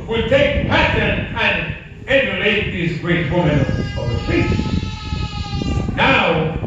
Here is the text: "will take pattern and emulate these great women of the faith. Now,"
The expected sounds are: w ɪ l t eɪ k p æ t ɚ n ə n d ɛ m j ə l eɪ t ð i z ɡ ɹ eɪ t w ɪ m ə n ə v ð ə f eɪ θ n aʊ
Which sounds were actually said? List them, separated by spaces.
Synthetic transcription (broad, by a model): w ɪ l t eɪ k p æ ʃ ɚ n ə n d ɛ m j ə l eɪ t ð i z ɡ ɹ eɪ t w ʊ m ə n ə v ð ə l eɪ s n aʊ